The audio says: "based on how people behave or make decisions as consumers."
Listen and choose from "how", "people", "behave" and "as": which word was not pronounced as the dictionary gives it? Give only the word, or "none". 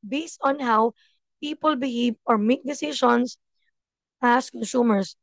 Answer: as